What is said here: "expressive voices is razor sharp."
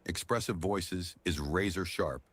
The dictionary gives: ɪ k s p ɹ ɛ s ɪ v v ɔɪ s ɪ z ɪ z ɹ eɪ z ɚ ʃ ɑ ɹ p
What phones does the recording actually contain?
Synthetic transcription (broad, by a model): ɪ k s p ɹ ɛ s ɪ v v ɔɪ s ɪ z ɪ z ɹ eɪ z ɚ ʃ ɑ ɹ p